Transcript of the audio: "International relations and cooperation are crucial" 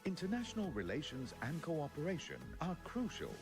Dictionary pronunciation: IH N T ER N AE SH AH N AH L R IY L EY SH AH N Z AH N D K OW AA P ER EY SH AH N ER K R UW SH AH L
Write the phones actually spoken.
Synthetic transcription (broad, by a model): IH N T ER N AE SH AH N AH L R IY L EY SH AH N Z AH N K OW AA P ER EY SH AH N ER K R UW SH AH L